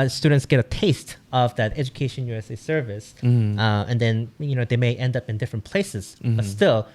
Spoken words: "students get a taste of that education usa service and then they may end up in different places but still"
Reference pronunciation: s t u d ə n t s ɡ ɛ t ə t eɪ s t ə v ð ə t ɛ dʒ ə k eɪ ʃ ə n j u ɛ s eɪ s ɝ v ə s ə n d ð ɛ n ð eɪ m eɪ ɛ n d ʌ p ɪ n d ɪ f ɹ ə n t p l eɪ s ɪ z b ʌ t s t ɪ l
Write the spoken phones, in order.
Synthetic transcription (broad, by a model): s t u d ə n t s ɡ ɛ t ə t eɪ s t ə v ð ə t ɛ dʒ ə k eɪ ʃ ə n j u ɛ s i s ɝ v ə s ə n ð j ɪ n ð eɪ m eɪ ɛ n d ʌ p ɪ n d ɪ f ɹ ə n p l eɪ s ɪ z b ʌ t s t ɪ l